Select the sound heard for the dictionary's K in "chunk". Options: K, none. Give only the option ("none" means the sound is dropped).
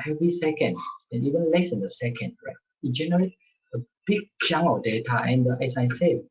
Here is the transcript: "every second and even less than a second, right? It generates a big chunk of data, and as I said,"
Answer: none